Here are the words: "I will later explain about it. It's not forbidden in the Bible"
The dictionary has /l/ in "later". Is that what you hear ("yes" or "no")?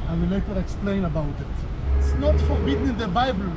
no